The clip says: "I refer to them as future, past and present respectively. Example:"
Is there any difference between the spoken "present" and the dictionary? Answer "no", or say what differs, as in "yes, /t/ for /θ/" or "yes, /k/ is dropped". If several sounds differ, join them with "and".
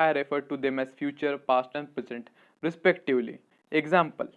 yes, /ɹ/ is dropped